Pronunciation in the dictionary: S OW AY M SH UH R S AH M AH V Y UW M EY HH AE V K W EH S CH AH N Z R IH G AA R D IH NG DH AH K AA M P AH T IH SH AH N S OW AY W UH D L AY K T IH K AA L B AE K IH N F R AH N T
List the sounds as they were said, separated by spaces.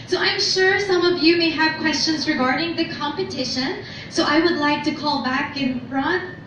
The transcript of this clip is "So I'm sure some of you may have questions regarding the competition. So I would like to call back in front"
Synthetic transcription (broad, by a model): S OW AY M SH UH R S AH M AH V Y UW M EY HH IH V K W EH S CH AH N Z R IH G AA R D IH NG DH AH K AA M P AH T IH SH AH N S OW AY W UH D L AY K T IH K AA L B AE K IH N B R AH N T